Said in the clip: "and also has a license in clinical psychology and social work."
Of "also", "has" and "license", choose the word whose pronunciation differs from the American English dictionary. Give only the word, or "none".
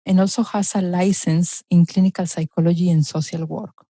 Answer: has